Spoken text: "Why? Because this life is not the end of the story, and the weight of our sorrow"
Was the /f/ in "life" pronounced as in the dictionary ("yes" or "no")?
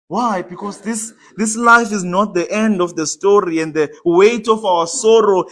yes